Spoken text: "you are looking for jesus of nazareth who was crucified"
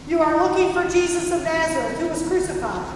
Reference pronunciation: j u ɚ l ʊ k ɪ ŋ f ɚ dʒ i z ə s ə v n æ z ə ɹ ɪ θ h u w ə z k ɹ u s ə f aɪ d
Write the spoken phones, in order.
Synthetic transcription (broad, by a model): j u ɚ l ʊ k ɪ ŋ f ɚ dʒ i z ə s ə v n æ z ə ɹ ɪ t h u w ə z k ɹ u s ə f aɪ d